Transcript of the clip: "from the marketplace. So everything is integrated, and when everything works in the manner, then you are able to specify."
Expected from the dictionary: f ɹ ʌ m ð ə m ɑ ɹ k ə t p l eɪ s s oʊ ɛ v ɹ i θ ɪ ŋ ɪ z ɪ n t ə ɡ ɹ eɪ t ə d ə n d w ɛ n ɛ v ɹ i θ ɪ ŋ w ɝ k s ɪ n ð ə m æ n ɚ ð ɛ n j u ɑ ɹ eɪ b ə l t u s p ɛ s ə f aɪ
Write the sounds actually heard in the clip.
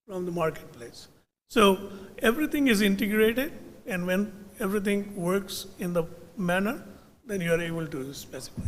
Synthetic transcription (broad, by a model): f ɹ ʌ m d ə m ɑ ɹ k ə t p l eɪ s s oʊ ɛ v ɹ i t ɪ ŋ ɪ z ɪ n t ə ɡ ɹ eɪ t ə d ə n d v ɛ n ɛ v ɹ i t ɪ ŋ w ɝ k s ɪ n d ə m æ n ɚ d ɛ n j u ɑ ɹ eɪ b ə l t u s p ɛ s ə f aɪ